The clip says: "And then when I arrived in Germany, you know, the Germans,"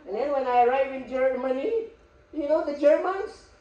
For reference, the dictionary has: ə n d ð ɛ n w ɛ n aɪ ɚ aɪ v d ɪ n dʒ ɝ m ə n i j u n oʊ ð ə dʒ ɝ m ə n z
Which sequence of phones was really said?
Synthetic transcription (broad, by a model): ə n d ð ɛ n w ɛ n aɪ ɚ aɪ v ɪ n dʒ ɝ m ə n i j u n oʊ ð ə dʒ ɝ m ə n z